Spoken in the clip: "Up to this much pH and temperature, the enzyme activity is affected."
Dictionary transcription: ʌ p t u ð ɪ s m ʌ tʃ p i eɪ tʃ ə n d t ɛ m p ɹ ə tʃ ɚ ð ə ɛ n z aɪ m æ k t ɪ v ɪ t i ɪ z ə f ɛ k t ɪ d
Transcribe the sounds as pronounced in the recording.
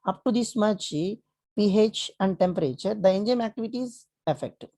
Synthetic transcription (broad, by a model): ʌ p t u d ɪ s m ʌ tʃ p i eɪ tʃ ə n d t ɛ m p ɹ ə tʃ ɚ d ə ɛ n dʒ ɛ m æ k t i v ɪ t i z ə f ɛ k t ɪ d